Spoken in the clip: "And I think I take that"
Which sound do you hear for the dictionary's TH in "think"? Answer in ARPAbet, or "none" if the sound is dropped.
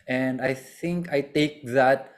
T